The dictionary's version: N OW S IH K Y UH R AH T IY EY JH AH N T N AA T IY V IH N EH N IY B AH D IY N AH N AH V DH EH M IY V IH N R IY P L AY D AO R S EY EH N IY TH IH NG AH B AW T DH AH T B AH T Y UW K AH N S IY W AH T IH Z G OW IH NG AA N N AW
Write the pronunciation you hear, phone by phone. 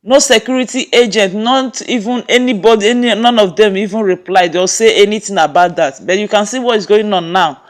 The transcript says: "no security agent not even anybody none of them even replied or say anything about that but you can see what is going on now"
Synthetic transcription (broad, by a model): N OW S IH K Y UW R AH T IY EY JH AH N T N AA T IY V IH N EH N IY B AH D IY N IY N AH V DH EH M IY V IH N R IY P L AY D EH L S EY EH N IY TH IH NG AH B AW T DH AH T B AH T Y UW K AH N S IY W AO T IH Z G OW IH NG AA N N AW